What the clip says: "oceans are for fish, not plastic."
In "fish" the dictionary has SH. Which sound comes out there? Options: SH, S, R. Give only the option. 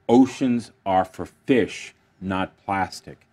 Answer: SH